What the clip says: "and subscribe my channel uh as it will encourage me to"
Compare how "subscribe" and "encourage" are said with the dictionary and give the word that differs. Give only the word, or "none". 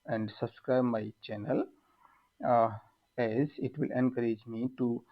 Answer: none